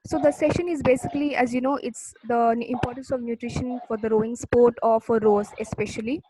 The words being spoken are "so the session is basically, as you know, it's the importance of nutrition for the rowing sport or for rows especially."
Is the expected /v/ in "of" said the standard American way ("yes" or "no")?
yes